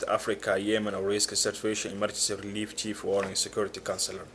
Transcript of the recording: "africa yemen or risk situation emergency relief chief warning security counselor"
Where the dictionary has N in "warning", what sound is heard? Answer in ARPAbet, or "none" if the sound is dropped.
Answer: none